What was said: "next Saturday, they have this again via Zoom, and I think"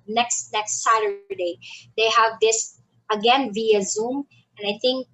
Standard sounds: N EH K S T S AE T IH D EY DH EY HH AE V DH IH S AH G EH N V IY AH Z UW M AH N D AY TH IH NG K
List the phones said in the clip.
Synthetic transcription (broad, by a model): N EH K S T S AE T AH D EY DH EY HH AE V DH IH S AH G EH N V IY AH Z UW M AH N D AY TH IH NG K